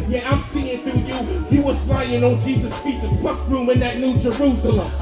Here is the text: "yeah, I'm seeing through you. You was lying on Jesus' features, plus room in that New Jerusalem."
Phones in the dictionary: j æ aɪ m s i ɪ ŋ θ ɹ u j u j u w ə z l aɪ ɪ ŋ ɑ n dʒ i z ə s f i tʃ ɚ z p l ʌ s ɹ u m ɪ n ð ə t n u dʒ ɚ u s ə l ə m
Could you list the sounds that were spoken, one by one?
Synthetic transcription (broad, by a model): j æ aɪ m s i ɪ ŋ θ u j u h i w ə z l aɪ ɪ ŋ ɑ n dʒ i z ə s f i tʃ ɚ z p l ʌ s ɹ u m ɪ n ð ə t n u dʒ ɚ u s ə l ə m